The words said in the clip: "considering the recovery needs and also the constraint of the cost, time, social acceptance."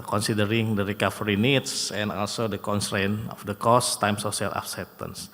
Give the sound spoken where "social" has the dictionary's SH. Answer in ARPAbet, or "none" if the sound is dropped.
S